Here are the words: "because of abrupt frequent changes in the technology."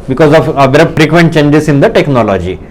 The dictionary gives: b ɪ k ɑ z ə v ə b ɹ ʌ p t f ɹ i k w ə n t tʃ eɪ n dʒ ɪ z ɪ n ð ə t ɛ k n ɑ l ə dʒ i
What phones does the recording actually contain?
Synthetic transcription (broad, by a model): b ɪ k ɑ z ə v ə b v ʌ t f ɹ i k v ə n t tʃ eɪ n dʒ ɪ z ɪ n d ə t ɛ k n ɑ l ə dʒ i